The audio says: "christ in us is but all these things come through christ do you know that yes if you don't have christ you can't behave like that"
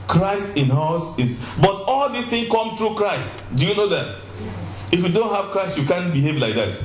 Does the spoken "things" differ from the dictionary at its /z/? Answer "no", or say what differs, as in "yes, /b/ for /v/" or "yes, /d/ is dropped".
yes, /z/ is dropped